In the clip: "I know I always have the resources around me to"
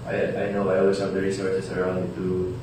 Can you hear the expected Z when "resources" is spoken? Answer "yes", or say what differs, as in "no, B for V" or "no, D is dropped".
no, S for Z